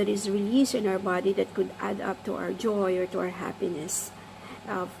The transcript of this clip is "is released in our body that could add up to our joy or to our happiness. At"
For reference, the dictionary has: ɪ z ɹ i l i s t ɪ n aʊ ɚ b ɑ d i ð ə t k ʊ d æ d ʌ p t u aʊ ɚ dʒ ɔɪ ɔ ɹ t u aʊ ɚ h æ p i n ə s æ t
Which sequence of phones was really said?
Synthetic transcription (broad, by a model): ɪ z ɹ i l i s ɪ n aʊ ɚ b ɑ d i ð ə t k ʊ d æ d ʌ p t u aʊ ɚ dʒ ɔɪ ɔ ɹ t u aʊ ɚ h æ p i n ə s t